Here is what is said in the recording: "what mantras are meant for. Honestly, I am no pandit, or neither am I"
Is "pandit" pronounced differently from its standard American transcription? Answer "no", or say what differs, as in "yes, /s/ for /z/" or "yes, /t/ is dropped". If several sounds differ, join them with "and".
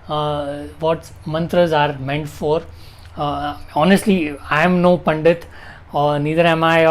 no